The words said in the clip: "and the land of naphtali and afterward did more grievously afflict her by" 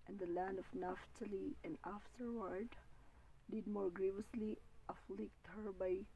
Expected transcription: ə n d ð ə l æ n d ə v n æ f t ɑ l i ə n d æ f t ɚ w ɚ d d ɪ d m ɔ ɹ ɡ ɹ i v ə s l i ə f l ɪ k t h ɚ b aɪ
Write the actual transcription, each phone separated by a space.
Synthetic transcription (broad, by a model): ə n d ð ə l æ n d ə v n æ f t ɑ l i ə n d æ f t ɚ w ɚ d d ɪ d m ɔ ɹ ɡ ɹ i v ə s l i ə f l ɪ k t h ɚ b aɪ